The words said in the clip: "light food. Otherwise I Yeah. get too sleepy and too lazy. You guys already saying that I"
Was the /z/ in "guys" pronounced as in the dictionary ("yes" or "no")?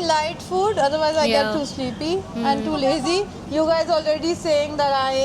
yes